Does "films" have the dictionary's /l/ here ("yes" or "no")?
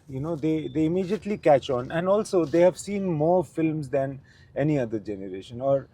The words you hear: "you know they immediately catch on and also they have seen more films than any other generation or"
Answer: yes